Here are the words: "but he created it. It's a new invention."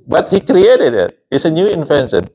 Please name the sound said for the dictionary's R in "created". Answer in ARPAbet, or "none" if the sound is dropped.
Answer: R